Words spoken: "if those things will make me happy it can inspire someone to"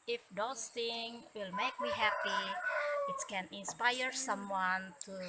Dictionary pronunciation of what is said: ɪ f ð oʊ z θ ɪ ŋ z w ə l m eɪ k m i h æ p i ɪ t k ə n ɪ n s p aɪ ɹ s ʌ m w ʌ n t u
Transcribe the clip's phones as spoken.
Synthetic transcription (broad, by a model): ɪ f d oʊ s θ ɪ ŋ w ə l m eɪ k m i h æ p i ɪ t k ə n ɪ n s p aɪ ɹ s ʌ m w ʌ n t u